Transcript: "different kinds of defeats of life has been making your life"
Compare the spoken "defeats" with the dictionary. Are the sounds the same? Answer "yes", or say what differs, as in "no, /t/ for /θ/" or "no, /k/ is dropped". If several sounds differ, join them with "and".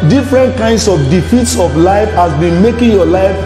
yes